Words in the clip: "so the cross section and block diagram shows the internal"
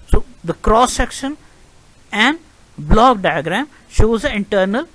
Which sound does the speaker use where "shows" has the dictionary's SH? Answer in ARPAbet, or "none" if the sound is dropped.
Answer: SH